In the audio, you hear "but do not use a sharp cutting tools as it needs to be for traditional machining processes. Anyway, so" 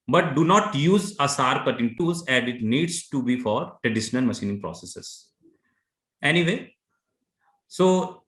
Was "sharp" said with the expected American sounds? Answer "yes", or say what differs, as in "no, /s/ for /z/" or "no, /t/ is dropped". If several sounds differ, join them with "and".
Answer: no, /s/ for /ʃ/